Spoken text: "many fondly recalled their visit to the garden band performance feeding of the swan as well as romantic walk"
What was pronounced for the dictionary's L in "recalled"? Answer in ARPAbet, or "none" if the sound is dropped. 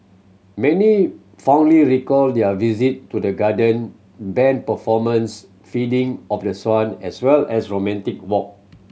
L